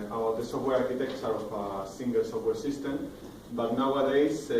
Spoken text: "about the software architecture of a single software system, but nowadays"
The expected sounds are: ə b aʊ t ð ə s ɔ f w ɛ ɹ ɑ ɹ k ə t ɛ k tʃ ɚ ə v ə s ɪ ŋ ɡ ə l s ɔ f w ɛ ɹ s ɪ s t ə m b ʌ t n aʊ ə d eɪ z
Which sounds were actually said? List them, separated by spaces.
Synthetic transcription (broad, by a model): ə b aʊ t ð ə s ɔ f w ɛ ɹ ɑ ɹ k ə t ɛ k s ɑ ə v ə s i ŋ ɡ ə l s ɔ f w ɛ ɹ s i s t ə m b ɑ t n aʊ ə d eɪ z